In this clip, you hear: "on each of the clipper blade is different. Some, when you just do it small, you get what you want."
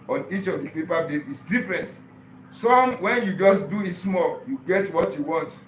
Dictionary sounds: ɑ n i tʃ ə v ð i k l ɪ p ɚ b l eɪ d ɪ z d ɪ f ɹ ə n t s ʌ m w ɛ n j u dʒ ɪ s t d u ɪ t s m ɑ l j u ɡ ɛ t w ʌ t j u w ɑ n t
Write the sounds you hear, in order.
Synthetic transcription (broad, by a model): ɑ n i tʃ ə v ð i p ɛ p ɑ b eɪ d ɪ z d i f ɹ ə n t s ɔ m w ɛ n j u dʒ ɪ s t d u ɪ t s m ɑ l j u ɡ ɛ t w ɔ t j u w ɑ n t